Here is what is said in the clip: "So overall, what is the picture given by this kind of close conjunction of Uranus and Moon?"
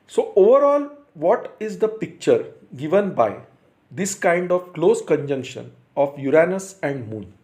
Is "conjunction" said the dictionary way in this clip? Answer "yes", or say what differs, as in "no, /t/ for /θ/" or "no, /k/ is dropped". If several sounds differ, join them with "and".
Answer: yes